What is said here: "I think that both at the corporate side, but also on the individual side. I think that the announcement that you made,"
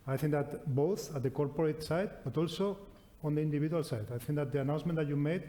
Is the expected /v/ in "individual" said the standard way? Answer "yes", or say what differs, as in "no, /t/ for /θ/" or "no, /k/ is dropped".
no, /b/ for /v/